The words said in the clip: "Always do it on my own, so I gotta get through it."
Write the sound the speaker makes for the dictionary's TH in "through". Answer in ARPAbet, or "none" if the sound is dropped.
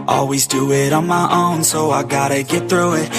TH